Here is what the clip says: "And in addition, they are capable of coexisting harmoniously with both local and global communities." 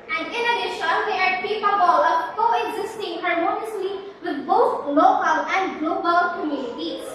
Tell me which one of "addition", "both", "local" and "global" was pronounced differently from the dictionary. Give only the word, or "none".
both